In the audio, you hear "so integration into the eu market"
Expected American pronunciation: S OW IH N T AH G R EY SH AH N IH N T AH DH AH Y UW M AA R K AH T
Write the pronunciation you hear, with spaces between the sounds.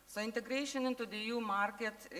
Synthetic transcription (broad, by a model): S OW IH N T AH G R EY SH AH N IH N T AH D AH Y UW M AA R K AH T